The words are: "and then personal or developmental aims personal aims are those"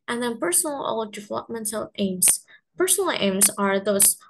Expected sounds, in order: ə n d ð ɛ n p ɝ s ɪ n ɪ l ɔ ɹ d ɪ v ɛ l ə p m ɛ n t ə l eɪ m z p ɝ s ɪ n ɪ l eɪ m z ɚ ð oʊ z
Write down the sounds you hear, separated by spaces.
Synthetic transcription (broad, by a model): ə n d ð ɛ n p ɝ s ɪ n l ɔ l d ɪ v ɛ l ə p m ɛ n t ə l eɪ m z p ɝ s ɪ n ɪ l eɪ m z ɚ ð oʊ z